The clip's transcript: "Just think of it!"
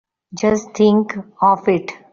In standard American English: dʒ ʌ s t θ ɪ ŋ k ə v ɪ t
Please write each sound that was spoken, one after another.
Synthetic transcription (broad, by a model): dʒ ʌ s t t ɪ ŋ k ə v ɪ t